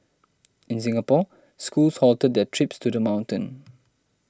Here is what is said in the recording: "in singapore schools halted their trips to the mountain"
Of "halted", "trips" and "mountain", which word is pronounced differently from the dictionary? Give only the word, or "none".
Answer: none